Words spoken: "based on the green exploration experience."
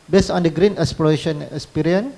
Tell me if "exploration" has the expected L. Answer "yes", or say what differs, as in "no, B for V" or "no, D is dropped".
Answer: no, L is dropped